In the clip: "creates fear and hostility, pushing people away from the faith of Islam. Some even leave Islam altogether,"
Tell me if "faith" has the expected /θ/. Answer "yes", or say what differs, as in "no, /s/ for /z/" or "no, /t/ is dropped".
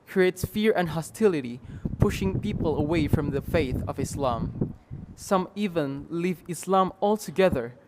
yes